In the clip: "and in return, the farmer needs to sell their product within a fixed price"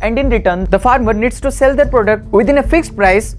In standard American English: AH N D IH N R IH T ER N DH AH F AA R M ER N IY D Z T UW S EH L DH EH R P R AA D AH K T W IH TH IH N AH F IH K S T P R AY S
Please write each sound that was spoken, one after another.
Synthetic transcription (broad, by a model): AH N D IH N R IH T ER N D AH F AA R M ER N IY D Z T UW S EH L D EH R P R AA D AH K T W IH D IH N AH F IH K S T P R AY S